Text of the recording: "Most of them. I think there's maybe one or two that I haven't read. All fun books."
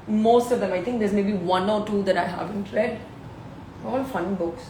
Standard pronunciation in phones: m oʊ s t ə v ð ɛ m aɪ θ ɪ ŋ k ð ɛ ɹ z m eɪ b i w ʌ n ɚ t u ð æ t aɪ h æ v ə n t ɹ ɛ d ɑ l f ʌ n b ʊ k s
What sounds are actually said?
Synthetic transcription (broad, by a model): m oʊ s t ə v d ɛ m aɪ t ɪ ŋ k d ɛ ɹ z m eɪ b i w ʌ n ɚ t u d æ t aɪ h æ v ə n t ɹ ɛ d ɑ l f ʌ n b ʊ k s